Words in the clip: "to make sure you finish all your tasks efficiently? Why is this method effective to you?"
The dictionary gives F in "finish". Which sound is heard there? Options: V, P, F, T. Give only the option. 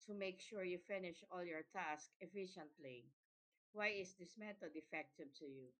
F